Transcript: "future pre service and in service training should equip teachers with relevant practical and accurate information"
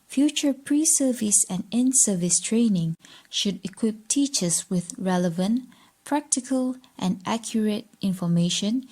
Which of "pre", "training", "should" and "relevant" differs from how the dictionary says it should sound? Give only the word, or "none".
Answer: none